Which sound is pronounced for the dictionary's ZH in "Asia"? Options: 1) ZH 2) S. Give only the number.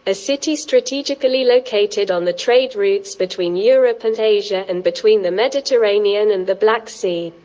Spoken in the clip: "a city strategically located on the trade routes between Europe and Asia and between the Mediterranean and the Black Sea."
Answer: 1